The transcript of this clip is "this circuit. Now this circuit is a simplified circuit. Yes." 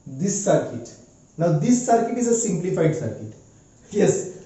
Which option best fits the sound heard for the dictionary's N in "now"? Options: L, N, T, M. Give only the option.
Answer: N